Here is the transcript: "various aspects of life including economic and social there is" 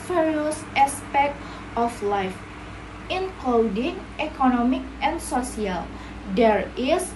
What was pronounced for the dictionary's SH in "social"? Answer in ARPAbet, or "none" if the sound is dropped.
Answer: S